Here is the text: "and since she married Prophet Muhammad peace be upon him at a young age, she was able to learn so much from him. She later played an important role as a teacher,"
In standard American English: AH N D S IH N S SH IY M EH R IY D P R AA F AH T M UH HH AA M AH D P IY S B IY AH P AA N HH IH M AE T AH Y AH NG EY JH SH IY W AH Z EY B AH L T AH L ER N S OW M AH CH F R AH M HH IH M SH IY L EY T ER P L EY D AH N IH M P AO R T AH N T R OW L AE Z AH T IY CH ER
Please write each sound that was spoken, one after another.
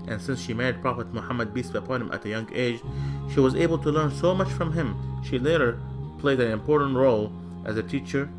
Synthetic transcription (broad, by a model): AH N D S IH N S SH IY M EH R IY D P R AA F AH T M UH HH AA M AH D B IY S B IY AH P AA N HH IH M AE T AH Y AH NG EY JH SH IY W AH Z EY B AH L T AH L ER N S OW M AH CH F R AH M HH IH M SH IY L EY T ER P L EY D AH N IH M P AO R T N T R OW L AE Z AH T IY CH ER